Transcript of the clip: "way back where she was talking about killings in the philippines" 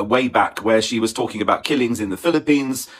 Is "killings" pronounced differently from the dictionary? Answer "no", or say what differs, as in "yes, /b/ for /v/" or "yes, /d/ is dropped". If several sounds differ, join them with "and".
no